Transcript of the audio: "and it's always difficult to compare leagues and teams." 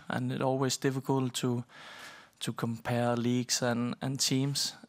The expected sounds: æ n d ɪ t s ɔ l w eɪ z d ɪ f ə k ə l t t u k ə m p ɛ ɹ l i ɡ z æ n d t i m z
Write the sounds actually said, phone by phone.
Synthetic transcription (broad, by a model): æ n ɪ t ɔ l w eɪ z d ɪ f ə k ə l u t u k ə m p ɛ l i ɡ s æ n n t i m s